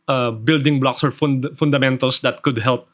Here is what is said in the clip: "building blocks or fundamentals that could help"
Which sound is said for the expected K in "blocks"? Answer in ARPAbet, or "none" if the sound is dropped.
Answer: K